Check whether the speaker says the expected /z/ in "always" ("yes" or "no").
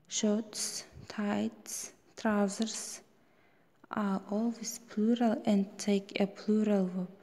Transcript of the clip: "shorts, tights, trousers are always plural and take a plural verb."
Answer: no